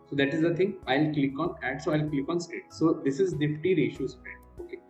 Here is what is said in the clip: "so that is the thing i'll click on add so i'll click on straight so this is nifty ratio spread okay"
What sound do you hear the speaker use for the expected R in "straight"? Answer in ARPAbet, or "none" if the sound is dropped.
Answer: none